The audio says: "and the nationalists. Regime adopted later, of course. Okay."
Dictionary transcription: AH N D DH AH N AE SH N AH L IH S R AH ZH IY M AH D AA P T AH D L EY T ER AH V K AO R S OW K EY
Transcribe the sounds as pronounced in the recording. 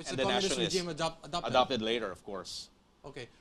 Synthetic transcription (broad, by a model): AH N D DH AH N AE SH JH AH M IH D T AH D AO AH D AA P T AH D L EY T ER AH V K AO R S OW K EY